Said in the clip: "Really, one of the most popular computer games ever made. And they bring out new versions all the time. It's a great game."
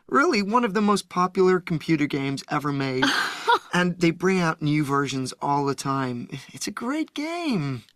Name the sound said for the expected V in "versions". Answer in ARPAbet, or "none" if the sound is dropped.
V